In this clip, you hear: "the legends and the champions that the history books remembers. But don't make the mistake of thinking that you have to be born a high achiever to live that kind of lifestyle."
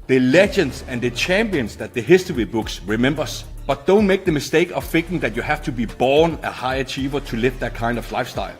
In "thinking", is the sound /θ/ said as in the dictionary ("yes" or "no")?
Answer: no